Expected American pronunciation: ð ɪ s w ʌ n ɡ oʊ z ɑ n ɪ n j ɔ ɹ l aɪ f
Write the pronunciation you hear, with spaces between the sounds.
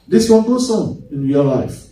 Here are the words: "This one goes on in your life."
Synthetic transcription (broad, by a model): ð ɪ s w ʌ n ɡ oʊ s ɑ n ɪ n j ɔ l aɪ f